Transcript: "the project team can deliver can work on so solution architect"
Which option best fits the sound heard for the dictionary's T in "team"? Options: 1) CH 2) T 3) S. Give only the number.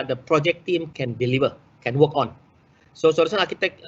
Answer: 2